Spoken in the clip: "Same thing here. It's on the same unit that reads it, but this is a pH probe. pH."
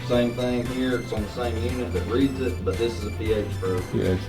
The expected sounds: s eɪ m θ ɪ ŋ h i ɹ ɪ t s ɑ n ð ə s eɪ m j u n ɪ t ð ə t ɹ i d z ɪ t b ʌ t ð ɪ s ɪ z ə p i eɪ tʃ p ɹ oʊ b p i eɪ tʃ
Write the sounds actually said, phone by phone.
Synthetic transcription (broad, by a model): s eɪ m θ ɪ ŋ h i ɹ ɪ t s n ð ə s eɪ m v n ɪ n ð ə t ɹ i d z ɪ t b ʌ t ð ɪ s ɪ z ə p i eɪ tʃ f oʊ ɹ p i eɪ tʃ